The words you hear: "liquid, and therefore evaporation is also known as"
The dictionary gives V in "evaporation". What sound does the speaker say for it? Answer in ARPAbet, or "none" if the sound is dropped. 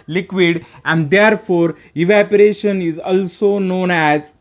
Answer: V